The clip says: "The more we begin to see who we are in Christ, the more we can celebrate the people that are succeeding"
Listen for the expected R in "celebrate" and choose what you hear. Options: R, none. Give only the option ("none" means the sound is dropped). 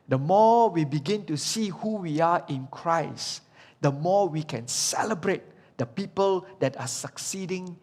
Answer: R